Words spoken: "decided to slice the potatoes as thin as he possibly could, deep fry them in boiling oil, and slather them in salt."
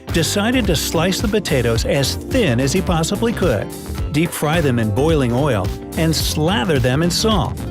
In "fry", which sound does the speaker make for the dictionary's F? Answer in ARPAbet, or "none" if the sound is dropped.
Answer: F